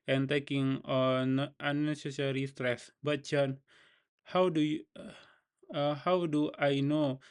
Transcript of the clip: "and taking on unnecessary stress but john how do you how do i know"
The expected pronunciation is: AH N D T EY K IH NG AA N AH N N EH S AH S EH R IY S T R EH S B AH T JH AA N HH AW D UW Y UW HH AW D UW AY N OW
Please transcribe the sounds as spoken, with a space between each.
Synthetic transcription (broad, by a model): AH N T EY K IH NG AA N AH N N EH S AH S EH R IY S T R EH S B AH T CH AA N HH AW D UW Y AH HH AW D UW AY N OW